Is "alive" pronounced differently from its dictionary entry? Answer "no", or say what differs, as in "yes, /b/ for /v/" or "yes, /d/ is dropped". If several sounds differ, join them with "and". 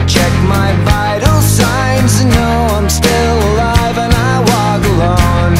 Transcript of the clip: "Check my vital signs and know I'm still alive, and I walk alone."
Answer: no